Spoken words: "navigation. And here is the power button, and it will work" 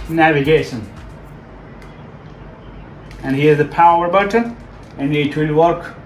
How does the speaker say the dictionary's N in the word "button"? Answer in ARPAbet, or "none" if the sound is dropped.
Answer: none